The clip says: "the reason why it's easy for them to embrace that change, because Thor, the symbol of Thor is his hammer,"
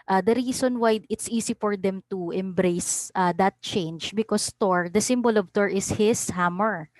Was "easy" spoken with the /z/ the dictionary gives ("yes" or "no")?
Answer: no